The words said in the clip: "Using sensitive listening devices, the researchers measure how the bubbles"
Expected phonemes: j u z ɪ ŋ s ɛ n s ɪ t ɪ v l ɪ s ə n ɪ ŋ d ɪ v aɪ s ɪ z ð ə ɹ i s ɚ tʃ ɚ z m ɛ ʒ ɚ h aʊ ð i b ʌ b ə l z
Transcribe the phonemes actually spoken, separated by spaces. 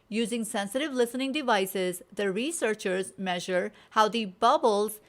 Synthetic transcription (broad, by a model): j u z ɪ ŋ s ɛ n s ɪ t ɪ v l ɪ s ə n ɪ ŋ d ɪ v aɪ s ɪ z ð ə ɹ i s ɚ tʃ ɚ z m ɛ ʒ ɚ h aʊ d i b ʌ b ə l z